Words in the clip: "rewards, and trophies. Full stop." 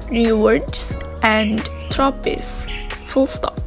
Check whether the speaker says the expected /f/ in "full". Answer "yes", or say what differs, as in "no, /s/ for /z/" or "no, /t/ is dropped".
yes